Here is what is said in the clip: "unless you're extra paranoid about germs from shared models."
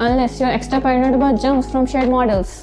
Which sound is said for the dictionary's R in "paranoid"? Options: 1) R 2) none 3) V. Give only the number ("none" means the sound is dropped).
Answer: 2